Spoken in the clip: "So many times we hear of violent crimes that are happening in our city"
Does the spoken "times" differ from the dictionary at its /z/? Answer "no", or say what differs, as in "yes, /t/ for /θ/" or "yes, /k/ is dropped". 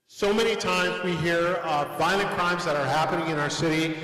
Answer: no